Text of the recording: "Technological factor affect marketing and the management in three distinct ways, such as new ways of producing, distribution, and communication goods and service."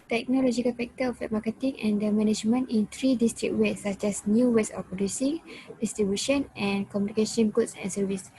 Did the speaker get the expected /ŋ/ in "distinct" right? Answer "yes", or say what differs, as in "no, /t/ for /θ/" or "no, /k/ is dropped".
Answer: no, /ŋ/ is dropped